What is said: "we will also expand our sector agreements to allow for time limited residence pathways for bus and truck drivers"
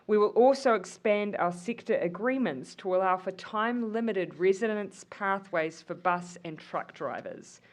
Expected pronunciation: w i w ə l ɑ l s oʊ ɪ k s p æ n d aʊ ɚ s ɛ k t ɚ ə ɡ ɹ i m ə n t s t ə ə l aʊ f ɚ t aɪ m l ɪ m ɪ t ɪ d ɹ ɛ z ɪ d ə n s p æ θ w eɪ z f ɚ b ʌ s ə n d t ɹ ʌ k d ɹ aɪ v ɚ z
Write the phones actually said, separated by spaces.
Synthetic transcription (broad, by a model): w i w ə l ɑ l s oʊ ɪ k s p æ n d aʊ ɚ s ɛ k t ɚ ə ɡ ɹ i m ə n t s t ə ə l aʊ f ɚ t aɪ m l ɪ m ɪ t ɪ d ɹ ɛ z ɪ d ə n s p æ θ w eɪ z f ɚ b ʌ s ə n t ɹ ʌ k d ɹ aɪ v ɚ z